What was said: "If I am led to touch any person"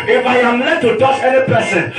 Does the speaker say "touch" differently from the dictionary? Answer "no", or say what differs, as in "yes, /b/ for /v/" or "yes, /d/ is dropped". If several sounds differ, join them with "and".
yes, /s/ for /tʃ/